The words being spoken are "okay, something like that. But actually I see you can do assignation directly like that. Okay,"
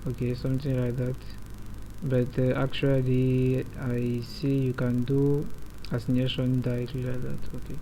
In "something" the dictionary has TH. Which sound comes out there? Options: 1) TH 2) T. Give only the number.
2